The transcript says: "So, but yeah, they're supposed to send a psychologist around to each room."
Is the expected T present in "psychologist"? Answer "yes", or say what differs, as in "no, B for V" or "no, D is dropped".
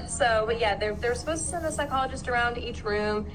yes